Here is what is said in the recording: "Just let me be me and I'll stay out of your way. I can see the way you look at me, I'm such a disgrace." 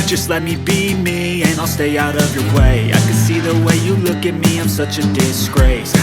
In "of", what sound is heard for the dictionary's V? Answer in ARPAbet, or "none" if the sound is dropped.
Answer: V